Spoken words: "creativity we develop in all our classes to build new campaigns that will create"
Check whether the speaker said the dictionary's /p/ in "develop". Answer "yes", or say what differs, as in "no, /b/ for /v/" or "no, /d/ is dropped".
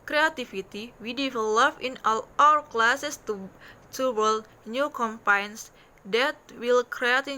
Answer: no, /f/ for /p/